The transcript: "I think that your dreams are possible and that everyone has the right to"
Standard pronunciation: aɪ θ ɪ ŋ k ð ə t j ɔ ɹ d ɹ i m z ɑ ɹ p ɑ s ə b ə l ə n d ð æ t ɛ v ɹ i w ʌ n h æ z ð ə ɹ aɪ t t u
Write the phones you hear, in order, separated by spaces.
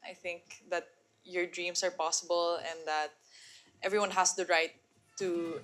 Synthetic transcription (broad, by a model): aɪ θ ɪ ŋ k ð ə t j ɔ ɹ d ɹ i m s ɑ ɹ p ɑ s ə b ə l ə n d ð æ t ɛ v ɹ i w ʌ n h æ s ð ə ɹ aɪ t t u